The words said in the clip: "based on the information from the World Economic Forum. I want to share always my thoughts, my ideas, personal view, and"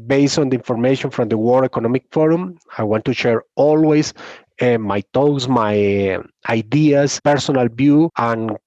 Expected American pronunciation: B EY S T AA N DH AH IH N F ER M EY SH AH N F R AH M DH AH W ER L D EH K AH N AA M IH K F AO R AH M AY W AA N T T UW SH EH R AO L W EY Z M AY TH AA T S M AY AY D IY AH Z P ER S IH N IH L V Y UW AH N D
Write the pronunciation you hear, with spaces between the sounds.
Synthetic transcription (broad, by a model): B EY S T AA N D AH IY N F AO M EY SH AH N F R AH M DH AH W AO D EH K AH N AA M IH K F AO R AH M AY W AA N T T UW SH EH R AO L W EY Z M AY T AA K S M AY AY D IY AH S P ER S IH N IH L B Y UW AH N